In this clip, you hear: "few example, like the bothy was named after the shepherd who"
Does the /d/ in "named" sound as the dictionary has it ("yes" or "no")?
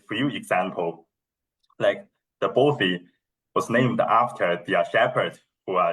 yes